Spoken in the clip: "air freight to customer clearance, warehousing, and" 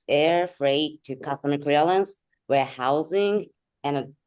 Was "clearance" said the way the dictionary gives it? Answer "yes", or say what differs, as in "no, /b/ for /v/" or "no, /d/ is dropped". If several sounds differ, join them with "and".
no, /l/ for /ɹ/